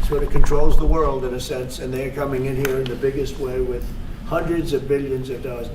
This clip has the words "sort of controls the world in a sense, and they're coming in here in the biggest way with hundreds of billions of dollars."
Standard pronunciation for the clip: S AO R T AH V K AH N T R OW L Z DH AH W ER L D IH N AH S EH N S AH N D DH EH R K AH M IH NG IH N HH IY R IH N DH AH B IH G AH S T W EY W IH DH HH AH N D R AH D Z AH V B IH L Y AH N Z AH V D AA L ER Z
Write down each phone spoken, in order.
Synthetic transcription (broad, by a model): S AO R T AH K AH N T R OW L Z DH AH W ER L D IH N AH S EH N S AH N DH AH R K AH M IH NG IH N HH IY R IH N DH AH B IH G AH S T W EY W IH DH HH AH N D R AH D Z AH V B IH L Y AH N Z AH V D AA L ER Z